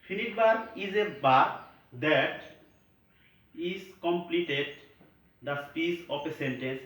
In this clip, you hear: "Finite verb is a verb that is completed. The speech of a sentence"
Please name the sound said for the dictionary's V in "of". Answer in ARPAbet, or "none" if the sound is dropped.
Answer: P